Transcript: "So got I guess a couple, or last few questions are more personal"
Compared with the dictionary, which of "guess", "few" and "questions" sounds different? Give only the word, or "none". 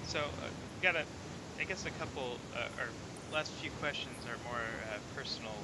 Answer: none